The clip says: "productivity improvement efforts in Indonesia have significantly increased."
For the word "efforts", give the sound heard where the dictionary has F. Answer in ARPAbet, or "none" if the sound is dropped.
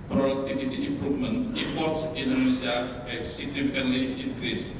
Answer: P